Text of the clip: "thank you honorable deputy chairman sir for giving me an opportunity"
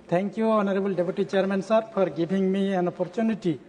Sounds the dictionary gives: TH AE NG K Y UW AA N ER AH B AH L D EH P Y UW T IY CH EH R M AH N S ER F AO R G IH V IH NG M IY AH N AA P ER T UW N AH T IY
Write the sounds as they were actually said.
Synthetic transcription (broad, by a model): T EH NG K Y UW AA N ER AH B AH L D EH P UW T IY CH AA R M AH N S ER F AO R G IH B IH NG M IY AH N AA P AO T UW N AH T IY